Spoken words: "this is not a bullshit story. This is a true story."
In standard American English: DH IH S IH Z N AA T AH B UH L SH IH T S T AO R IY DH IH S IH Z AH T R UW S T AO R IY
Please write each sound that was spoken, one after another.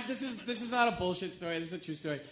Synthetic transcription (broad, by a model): DH IH S IH Z N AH T AH B UH L SH IH T S T AO R IY DH IH S IH Z AH T R UW S T AO R IY